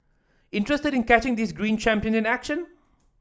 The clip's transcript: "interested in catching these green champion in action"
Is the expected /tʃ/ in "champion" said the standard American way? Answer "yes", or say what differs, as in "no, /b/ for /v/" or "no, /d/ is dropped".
yes